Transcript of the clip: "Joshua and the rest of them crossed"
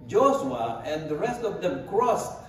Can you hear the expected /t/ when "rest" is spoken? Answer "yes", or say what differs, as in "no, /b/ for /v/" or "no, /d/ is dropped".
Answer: yes